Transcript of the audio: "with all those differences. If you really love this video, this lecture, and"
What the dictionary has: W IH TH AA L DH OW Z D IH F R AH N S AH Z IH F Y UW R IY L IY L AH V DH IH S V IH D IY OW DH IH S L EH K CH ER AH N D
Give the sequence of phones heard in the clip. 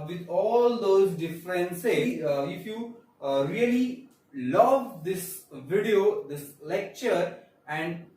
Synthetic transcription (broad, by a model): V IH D AA L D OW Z D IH F R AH N S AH IH F Y UW R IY L IY L AH V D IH S V IH D IY OW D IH S L EH K CH ER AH N D